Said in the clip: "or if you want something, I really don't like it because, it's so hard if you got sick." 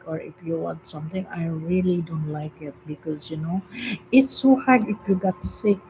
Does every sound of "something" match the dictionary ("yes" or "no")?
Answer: no